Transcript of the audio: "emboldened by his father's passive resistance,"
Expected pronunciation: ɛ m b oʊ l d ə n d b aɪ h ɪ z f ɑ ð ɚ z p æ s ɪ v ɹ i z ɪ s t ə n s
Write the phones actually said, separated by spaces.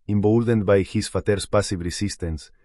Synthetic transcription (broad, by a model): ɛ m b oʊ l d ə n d b aɪ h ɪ s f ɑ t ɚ s p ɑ s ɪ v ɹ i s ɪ s t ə n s